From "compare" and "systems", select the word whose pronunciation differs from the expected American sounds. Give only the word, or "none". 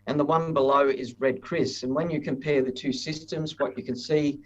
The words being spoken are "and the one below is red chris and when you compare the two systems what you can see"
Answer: none